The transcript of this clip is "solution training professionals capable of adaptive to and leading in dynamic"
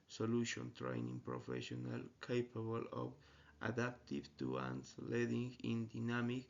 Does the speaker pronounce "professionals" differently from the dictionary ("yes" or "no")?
yes